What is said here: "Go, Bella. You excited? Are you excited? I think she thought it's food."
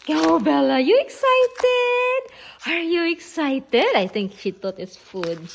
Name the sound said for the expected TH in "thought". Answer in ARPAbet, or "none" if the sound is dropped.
T